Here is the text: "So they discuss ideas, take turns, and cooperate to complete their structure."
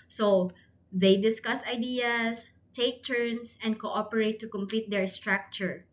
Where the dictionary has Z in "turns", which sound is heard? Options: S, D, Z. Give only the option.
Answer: S